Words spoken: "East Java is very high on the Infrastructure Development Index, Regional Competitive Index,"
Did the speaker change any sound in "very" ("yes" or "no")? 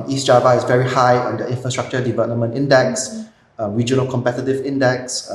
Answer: no